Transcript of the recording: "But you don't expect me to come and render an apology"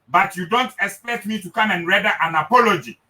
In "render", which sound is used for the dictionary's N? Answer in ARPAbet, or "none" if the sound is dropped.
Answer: none